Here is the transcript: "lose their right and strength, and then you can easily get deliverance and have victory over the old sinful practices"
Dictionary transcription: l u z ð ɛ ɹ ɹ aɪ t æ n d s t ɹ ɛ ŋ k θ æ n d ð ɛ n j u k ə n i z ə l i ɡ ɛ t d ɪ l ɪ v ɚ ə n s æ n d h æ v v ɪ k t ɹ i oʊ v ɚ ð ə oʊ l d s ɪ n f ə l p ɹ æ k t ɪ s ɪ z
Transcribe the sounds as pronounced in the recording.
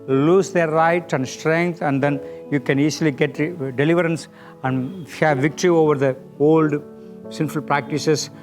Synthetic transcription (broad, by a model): l u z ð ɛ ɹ ɹ aɪ t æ n d s t ɹ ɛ ŋ k t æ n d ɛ n j u k ə n i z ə l i ɡ ɛ t d ɪ l ɪ v ɚ ə n s æ n d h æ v v ɪ k t ɹ i oʊ v ɚ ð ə oʊ l d s ɪ n f ə l p ɹ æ k t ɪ s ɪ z